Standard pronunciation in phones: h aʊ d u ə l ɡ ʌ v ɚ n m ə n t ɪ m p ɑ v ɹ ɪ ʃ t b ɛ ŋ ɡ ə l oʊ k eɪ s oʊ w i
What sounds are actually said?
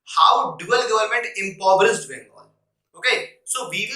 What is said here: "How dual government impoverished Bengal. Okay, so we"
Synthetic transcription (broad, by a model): h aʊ d u ə l ɡ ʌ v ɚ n m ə n t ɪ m p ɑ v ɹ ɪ s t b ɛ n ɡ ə n oʊ k eɪ s oʊ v i